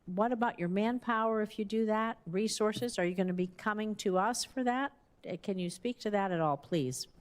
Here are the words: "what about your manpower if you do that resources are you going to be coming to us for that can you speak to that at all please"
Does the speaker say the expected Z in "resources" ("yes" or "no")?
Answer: yes